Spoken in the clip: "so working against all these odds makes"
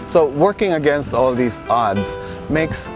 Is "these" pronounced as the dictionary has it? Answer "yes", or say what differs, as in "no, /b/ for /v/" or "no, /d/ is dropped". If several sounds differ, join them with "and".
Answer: no, /s/ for /z/